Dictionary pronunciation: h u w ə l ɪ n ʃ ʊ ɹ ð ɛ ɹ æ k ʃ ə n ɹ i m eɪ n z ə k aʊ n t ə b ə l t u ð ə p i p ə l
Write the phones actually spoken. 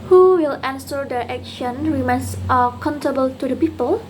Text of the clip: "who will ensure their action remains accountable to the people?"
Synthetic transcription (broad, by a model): h u w ə l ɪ n s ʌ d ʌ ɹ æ k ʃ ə n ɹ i m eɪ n s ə k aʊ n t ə b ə l t u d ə p i p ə l